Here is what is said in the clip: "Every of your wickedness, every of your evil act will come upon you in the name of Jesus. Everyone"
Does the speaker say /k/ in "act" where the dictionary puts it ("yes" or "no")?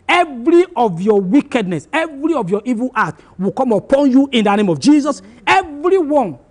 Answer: no